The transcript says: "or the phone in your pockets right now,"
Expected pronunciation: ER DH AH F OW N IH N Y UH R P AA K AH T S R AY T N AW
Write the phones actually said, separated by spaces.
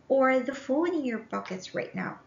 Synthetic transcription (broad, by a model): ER DH AH F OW L IH N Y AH R B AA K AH T S R AY T N AW